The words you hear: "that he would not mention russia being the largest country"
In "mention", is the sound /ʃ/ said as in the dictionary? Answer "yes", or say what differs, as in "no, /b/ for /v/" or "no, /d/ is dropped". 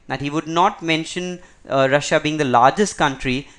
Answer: yes